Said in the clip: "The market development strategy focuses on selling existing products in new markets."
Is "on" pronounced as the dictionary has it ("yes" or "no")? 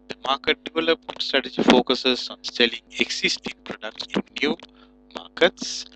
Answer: yes